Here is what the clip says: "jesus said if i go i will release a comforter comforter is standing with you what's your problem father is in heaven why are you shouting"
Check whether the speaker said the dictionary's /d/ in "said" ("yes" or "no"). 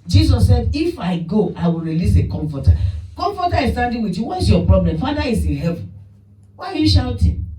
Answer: yes